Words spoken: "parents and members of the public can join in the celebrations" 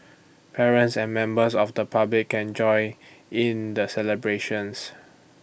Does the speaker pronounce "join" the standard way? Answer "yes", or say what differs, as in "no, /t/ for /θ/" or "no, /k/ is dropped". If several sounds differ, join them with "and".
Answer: no, /n/ is dropped